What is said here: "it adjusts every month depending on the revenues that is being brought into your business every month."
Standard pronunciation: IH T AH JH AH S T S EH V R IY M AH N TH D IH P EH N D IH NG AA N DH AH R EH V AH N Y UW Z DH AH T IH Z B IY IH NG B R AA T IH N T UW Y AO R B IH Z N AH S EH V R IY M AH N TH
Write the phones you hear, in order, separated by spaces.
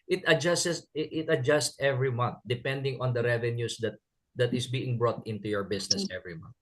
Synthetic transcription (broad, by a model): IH T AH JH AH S T S EH V R IY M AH N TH D IH P EH N D IH NG AA N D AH R EH V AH N Y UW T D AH T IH S B IY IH NG B R AA T IH N T UW Y AO R B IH S N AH S EH V R IY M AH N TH